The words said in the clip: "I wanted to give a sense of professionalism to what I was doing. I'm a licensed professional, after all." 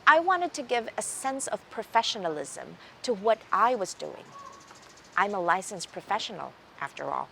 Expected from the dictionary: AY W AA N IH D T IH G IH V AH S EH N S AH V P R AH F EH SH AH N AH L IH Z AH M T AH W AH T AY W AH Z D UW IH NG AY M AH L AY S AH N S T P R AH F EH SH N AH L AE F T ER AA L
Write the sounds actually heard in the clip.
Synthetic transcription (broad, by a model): AY W AA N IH D T IH G IH V AH S EH N S AH V P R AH F EH SH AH N L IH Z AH M T AH W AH T AY W AH Z D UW IH NG AY M AH L AY S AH N S P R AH F EH SH N L AE F T ER AA L